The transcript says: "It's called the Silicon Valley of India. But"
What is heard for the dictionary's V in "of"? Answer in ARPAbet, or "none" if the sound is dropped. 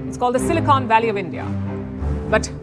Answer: V